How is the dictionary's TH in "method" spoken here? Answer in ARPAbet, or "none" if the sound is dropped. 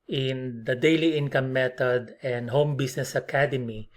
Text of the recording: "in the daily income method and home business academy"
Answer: T